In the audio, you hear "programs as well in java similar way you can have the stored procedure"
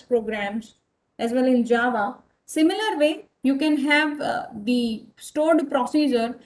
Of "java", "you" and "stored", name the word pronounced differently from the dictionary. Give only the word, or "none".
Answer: none